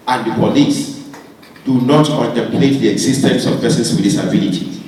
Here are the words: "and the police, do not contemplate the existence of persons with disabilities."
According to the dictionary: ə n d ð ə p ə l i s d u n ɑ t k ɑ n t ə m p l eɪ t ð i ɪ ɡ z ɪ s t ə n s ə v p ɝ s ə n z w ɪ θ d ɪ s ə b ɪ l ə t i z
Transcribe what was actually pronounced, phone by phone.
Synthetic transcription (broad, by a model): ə n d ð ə p ə l i s d u n ɑ t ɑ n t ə p l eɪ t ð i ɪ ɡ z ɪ s t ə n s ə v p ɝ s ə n s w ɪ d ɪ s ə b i l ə t i